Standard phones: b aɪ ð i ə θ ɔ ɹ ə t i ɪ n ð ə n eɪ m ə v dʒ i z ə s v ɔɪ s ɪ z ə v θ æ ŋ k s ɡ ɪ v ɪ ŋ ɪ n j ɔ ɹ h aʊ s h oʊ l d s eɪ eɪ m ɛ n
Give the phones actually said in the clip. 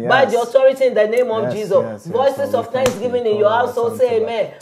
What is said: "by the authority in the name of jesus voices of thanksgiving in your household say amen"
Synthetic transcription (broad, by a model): b aɪ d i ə t ɔ ɹ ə t i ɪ n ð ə n eɪ m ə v dʒ i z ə s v ɔɪ s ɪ s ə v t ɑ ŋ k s ɡ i v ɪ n ɪ n j ɔ h aʊ s h oʊ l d s eɪ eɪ m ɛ n